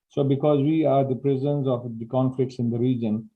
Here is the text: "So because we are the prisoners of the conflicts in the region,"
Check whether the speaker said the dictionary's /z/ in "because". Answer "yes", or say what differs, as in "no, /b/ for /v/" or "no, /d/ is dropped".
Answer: yes